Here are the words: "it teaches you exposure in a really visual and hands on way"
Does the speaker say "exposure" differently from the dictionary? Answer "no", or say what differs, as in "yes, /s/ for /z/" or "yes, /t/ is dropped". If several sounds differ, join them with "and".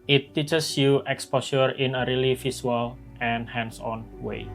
yes, /s/ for /ʒ/